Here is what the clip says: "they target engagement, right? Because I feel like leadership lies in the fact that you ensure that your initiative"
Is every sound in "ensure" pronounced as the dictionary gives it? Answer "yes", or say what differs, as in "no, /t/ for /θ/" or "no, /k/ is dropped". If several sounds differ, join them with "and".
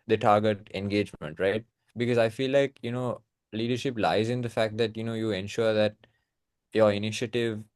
yes